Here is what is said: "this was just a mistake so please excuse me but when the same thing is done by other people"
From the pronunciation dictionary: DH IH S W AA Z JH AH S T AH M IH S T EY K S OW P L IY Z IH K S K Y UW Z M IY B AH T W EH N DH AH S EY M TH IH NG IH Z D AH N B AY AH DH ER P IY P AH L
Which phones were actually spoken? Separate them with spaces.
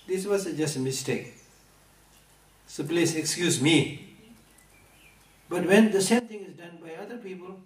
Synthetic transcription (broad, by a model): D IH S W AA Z JH AH S T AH M IH S T EY K S OW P L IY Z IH K S K Y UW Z M IY B AH T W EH N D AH S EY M T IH NG IH Z D AH N B AY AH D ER P IY P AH L